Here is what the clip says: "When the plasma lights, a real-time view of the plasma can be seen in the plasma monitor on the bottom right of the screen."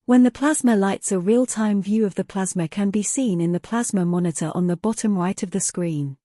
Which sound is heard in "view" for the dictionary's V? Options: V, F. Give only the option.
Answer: V